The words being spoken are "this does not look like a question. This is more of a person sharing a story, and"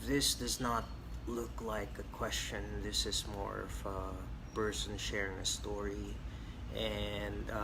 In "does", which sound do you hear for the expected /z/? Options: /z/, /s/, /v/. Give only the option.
/z/